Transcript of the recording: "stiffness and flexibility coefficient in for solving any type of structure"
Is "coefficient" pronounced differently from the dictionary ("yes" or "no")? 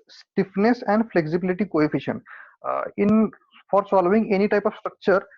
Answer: yes